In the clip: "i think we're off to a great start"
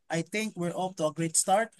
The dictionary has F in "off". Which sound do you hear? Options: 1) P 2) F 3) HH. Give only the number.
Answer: 1